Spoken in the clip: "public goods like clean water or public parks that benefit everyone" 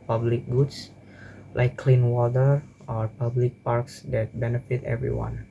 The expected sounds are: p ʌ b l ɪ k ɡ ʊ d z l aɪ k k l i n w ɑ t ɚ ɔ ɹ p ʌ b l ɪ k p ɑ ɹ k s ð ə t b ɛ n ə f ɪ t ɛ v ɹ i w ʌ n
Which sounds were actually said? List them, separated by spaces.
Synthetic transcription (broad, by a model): p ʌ b l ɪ k ɡ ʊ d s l aɪ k k l i n w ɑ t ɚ ɔ ɹ p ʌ b l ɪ k p ɑ ɹ k s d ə t b ɛ n ə f ɪ t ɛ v ɹ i w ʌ n